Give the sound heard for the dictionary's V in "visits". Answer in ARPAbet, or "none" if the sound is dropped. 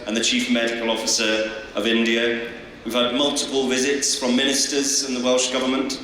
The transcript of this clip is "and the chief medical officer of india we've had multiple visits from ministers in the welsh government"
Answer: V